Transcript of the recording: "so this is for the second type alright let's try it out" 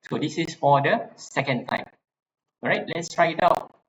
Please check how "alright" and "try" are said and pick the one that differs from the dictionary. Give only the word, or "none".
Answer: alright